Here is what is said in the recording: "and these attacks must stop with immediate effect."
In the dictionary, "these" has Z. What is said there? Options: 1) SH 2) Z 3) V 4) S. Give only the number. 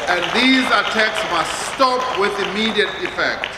2